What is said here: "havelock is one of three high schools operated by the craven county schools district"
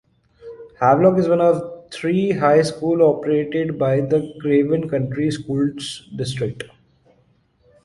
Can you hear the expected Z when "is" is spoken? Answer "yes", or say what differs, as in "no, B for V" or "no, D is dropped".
yes